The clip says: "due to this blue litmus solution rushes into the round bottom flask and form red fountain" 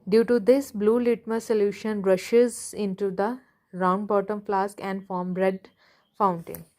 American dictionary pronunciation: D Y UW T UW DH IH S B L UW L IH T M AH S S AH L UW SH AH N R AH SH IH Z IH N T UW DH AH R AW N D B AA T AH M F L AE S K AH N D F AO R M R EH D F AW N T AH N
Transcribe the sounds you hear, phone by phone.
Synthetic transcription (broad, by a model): D Y UW T UW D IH S B L UW L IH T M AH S S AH L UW SH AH N R AH SH IH Z IH N T UW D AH R AW N D B AA T AH M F L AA S K AH N D F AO R M R EH D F AW N T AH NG